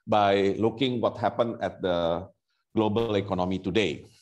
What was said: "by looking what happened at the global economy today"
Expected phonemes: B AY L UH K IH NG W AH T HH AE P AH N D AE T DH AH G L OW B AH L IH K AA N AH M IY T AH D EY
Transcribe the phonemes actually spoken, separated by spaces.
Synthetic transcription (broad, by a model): B AY L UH K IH NG W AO T HH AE P AH N EH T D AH G L OW B AH L IH K AA N AH M IY T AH D EY